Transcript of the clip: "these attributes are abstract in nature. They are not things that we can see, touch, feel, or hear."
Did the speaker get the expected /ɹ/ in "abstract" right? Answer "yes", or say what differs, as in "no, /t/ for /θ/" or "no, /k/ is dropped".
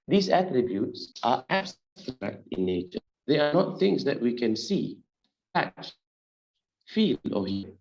no, /ɹ/ is dropped